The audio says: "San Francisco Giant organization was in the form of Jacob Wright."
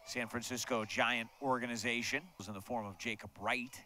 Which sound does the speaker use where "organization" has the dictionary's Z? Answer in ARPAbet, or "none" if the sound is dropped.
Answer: Z